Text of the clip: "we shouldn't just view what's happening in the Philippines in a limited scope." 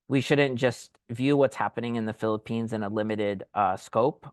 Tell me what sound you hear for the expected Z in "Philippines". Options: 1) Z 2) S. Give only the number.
1